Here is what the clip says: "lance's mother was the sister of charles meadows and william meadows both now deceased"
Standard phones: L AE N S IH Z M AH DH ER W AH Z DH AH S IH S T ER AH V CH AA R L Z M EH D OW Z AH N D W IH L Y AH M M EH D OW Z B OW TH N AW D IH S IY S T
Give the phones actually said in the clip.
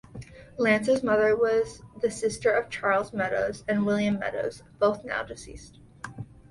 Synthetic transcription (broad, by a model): L AE N S IH Z M AH DH ER W AH Z DH AH S IH S T ER AH V CH AA R L Z M EH D OW Z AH N W IH L Y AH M M EH D OW Z B OW TH N AW D IH S IY S T